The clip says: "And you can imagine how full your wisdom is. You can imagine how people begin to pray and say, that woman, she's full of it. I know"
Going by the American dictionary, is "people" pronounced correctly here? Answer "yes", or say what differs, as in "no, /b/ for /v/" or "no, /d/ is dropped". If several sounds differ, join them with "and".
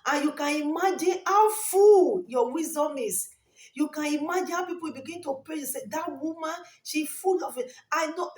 no, /w/ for /l/